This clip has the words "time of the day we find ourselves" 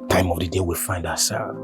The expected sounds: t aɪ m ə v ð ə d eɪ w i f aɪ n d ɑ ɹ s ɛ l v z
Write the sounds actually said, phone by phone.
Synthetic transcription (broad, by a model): t aɪ m ə v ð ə d eɪ w i f aɪ n d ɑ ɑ s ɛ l